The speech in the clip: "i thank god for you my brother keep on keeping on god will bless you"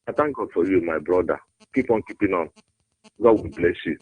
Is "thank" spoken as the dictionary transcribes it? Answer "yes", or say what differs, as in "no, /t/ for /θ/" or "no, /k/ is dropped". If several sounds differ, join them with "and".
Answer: no, /t/ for /θ/